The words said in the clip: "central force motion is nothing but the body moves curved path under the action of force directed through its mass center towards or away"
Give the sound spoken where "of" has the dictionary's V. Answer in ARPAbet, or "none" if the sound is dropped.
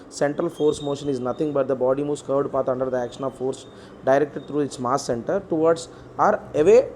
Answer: V